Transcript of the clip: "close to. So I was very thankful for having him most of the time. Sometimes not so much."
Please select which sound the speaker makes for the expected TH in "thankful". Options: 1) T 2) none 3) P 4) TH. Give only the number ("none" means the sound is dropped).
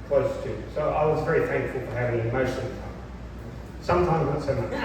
4